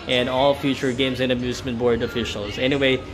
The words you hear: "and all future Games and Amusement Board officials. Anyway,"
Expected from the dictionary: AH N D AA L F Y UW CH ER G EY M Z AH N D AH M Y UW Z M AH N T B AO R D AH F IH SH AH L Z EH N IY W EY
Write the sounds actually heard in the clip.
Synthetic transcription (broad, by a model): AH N AA L F Y UW CH ER G EY M Z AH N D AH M Y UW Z M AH N B AO R D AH F IH SH L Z EH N IY W EY